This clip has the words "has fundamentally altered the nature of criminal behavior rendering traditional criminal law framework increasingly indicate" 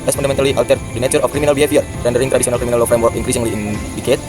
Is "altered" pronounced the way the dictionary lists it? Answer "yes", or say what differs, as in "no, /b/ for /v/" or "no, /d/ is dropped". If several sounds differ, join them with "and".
no, /w/ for /l/